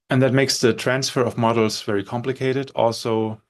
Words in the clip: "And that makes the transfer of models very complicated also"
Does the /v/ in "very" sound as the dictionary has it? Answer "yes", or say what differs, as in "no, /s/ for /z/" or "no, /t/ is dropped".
yes